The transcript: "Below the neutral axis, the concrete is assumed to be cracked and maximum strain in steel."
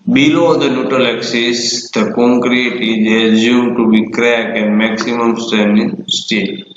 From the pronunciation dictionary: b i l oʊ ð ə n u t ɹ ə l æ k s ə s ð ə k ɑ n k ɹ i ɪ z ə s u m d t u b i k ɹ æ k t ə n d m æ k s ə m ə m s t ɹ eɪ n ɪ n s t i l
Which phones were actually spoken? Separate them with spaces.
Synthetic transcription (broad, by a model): b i l oʊ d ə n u t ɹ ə l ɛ k s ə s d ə k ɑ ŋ k ɹ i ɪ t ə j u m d t u b i k ɹ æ k ə n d m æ k s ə m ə m s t eɪ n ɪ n s t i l